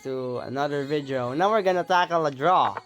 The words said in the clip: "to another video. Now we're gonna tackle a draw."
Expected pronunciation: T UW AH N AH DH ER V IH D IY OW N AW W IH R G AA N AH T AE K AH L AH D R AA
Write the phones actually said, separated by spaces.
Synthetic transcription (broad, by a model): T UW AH N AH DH ER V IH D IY OW N AW W IH R G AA N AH T AE K AH L AH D R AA